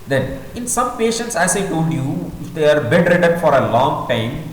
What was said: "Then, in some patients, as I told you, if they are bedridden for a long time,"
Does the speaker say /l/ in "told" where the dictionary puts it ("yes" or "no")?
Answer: yes